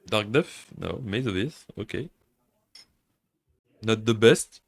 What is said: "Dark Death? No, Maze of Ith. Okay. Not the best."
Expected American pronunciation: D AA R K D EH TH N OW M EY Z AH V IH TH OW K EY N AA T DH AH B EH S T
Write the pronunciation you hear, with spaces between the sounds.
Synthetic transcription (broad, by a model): D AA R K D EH F N OW M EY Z AH V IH S OW K EY N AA T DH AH B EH S T